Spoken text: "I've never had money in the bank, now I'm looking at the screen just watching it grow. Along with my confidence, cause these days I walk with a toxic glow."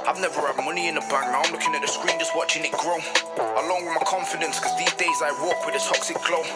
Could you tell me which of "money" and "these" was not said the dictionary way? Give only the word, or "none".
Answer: none